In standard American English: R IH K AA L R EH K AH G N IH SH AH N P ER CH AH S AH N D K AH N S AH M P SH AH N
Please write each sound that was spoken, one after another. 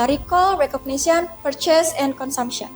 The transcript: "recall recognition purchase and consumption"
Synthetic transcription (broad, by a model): R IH K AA L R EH K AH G N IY S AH N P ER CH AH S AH N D K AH N S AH M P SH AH N